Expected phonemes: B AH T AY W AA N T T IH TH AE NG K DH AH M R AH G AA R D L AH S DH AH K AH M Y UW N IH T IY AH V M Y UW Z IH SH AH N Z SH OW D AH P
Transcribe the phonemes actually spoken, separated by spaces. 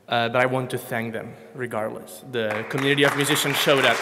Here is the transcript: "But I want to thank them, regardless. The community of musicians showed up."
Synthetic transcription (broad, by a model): B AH T AY W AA N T T IH TH AE NG K DH AH M R AH G AA R D L AH S DH AH K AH M Y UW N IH T IY AH V M Y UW Z IH SH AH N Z SH OW D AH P